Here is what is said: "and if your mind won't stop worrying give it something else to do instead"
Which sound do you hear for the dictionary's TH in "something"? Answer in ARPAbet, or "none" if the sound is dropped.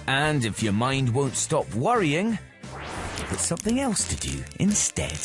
TH